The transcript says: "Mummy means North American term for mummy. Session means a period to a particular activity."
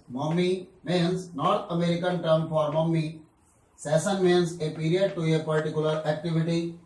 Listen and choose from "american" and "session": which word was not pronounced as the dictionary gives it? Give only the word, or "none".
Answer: session